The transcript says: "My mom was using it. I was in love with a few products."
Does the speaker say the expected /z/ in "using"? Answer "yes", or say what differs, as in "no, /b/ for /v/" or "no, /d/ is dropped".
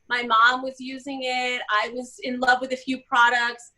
yes